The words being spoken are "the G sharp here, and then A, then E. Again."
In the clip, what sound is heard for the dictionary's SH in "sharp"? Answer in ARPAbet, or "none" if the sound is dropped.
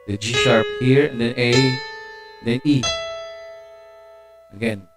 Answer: S